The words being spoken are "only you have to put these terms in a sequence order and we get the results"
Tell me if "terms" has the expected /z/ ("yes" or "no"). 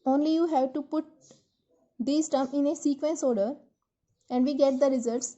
no